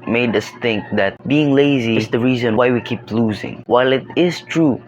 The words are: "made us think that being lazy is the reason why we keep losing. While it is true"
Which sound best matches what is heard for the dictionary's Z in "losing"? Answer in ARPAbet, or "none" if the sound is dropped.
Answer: Z